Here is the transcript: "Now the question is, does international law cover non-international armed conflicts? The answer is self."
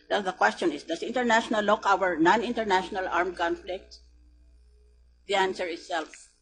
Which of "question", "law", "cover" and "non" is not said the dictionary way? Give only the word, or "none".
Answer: cover